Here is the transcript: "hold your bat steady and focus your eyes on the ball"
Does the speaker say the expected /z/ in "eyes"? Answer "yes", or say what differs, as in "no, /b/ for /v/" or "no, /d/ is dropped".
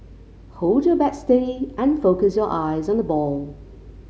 yes